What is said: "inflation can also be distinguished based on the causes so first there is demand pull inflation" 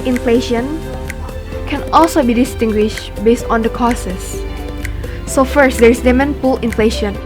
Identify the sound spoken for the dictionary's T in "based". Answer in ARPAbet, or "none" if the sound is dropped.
T